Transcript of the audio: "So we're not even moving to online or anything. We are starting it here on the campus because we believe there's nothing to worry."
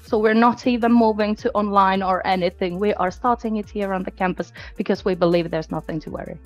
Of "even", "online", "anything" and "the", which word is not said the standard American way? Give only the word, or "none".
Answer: none